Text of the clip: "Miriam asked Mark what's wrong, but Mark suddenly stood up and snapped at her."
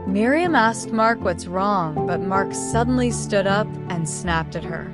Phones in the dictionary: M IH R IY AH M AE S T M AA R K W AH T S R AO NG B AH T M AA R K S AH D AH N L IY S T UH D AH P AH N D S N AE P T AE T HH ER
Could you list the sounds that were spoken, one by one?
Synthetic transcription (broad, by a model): M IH R IY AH M AE S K M AA R K W AH T S R AO NG B AH T M AA R K S AH D N L IY S T UH D AH P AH N S N AE P T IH T HH ER